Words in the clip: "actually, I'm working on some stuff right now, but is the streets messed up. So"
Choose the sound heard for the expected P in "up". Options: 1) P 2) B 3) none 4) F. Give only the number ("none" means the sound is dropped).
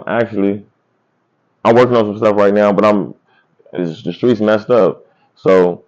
4